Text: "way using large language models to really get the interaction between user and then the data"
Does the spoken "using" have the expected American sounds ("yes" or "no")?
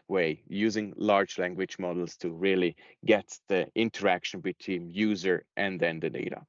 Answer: yes